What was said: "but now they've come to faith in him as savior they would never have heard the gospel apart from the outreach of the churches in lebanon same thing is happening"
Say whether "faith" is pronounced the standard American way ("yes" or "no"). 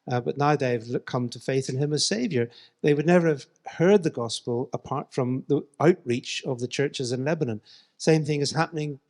yes